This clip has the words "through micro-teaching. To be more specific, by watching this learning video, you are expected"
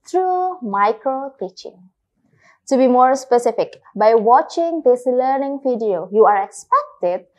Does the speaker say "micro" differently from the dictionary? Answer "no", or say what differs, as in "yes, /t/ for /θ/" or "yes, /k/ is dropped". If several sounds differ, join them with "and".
yes, /l/ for /ɹ/